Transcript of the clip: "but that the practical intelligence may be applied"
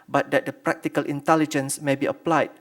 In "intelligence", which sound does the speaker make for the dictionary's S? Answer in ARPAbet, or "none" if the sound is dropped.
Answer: S